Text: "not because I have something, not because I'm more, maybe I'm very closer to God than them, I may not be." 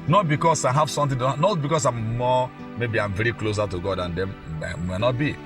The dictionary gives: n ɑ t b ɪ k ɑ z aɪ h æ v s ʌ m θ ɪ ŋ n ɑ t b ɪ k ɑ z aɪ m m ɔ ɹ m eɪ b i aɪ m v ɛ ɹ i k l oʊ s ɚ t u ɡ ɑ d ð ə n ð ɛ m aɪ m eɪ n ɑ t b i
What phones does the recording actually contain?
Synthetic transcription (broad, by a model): n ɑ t b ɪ k ɑ s aɪ h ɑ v s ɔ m t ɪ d n ɑ t b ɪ k ɑ s aɪ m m ɔ m eɪ b i aɪ m v ɛ ɹ i k l oʊ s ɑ t u ɡ ɑ d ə n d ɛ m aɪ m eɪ n ɑ t b i